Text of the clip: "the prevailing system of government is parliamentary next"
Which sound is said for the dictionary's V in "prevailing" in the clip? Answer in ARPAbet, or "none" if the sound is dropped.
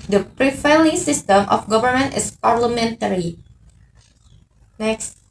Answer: F